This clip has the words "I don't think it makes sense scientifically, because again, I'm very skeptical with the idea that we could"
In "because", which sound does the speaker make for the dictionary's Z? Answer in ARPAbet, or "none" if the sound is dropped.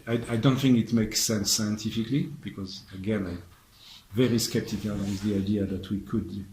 Z